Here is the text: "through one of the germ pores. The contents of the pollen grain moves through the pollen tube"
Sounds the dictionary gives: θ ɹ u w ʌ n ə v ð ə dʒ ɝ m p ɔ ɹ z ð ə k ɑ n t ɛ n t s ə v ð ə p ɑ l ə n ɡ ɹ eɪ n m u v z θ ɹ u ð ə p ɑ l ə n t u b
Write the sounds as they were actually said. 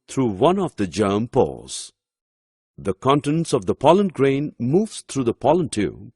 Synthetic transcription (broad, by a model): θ ɹ u w ʌ n ə v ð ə dʒ ɝ m p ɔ l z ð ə k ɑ n t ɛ n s ə v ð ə p ɑ l ə n ɡ ɹ eɪ n m u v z t ɹ u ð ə p ɑ l ə n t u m